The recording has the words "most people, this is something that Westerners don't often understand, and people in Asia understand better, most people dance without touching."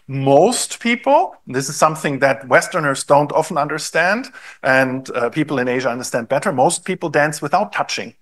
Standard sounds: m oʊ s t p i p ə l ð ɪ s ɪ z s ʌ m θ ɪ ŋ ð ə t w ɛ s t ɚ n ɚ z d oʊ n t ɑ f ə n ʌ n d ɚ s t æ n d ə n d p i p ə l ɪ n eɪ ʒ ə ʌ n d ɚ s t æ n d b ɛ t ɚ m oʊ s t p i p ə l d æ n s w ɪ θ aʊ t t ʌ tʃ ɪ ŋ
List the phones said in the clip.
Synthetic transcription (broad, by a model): m oʊ s t p i p l ð ɪ s ɪ z s ʌ m θ ɪ ŋ ð ə t w ɛ s t ɚ n ɚ z d oʊ n t ɑ f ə n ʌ n d ɚ s t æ n d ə n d p i p l ɪ n eɪ ʒ ə ʌ n d ɚ s t æ n d b ɛ t ɚ m oʊ s t p i p l d æ n s w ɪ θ aʊ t t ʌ tʃ ɪ ŋ